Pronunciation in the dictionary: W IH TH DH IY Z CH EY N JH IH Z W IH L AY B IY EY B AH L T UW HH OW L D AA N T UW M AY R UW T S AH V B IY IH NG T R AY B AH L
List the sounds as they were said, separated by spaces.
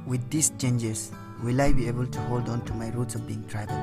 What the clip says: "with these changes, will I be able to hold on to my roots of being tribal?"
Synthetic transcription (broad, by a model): W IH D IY S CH EY N JH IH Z W IH L AY B IY EY B AH L T UW HH OW L D AA N T UW M AY R UW T S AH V B IY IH NG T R AY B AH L